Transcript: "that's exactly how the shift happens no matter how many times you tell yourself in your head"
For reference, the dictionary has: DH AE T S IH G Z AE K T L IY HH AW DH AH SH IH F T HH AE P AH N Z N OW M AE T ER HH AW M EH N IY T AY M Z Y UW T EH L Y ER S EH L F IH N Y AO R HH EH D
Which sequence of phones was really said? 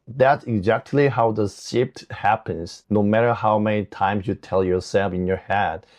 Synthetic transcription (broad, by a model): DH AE T S IH G Z AE K T L IY HH AW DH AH S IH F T HH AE P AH N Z N OW M AE T ER HH AW M EH N IY T AY M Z Y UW T EH L Y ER S EH L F IH N Y AO R HH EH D